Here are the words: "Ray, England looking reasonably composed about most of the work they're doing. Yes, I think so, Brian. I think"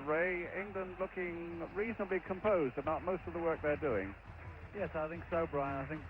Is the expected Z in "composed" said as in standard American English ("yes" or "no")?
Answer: yes